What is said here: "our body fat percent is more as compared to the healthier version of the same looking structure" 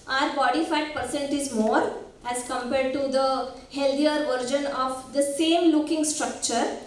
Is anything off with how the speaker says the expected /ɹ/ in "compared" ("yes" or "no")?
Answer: no